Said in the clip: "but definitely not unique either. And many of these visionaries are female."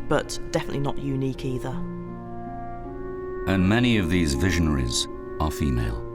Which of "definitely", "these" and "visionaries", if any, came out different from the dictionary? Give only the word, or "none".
none